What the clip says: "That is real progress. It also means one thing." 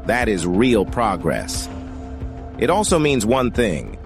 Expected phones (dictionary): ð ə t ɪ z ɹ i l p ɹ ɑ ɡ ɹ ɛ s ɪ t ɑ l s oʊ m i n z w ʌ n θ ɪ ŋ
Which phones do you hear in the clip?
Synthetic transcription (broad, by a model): ð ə t ɪ z ɹ i l p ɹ ɑ ɡ ɹ ɛ s ɪ t ɑ l s oʊ m i n z w ʌ n θ ɪ ŋ